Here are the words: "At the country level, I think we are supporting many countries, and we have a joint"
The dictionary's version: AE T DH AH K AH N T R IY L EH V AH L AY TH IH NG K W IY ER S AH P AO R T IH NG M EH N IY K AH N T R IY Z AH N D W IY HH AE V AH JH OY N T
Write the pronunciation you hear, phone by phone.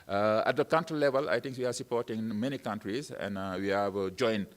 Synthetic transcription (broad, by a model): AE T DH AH K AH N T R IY L EH V AH L AY T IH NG K W IY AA S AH P AO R T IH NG M EH N IY K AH N T R IY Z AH N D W IY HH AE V JH OY N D